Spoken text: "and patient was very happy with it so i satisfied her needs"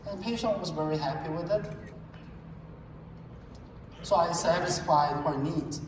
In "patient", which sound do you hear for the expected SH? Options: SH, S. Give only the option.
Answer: SH